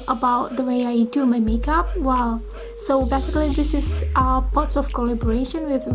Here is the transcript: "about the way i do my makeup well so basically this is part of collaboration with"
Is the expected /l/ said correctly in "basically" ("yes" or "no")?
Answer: yes